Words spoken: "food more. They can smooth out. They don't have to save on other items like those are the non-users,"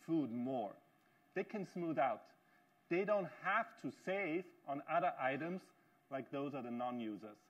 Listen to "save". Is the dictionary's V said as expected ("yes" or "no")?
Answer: yes